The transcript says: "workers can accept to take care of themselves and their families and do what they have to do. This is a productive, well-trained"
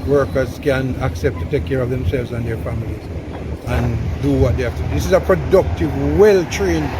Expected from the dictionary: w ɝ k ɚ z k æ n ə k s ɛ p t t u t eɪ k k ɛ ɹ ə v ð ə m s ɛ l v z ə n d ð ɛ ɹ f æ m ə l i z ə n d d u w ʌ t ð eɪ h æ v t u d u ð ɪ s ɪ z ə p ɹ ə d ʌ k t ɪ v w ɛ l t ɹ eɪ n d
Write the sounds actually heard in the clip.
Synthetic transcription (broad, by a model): w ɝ k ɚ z k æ n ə k s ɛ p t t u t eɪ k k ɛ ɹ ə v ð ə m s ɛ l v z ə n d ð ɛ ɹ f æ m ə l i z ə n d d u w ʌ t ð eɪ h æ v t u d u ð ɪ s ɪ z ə p ɹ ə d ʌ k t ɪ v w ɛ l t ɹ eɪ n